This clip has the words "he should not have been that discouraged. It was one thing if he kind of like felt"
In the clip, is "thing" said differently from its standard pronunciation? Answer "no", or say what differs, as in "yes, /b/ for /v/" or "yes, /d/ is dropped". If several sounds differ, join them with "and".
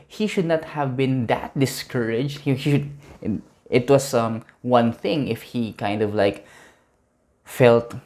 no